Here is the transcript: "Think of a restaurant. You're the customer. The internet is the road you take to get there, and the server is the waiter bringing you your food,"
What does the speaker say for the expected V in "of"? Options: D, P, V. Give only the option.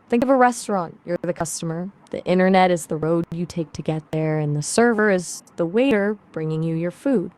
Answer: V